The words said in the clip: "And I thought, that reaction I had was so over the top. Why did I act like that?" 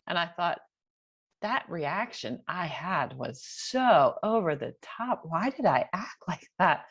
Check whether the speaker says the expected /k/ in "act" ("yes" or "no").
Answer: yes